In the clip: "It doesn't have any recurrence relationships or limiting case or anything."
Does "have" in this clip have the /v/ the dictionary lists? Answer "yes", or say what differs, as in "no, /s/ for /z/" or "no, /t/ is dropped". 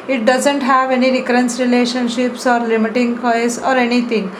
yes